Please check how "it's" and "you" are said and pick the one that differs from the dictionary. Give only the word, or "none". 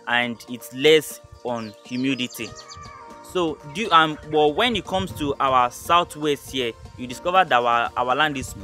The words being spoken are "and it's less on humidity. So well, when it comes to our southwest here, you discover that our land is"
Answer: none